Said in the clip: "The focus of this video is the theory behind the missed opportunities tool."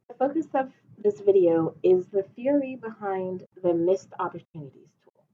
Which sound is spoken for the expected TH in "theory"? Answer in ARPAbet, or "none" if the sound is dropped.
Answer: TH